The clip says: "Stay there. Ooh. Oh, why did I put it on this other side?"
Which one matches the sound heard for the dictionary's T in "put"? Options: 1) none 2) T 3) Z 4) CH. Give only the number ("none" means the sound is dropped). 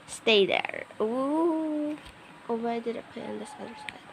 1